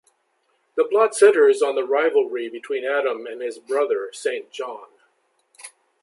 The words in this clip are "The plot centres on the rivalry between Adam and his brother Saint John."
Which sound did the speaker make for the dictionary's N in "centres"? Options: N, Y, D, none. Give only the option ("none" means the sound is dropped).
none